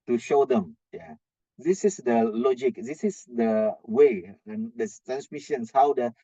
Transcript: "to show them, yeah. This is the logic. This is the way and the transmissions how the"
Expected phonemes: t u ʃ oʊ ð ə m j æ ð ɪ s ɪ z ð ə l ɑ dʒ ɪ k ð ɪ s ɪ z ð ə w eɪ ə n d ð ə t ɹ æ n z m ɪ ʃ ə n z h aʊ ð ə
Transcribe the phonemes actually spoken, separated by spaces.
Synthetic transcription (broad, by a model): t u ʃ oʊ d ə m j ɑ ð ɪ s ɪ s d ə l ɑ dʒ ɪ k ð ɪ s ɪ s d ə w eɪ ə n d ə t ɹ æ n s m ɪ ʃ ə n s h aʊ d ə